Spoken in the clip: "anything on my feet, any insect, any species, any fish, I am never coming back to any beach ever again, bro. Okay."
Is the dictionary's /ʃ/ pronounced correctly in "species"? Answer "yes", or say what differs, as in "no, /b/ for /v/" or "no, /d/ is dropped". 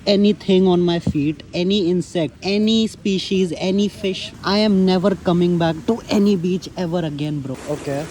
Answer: yes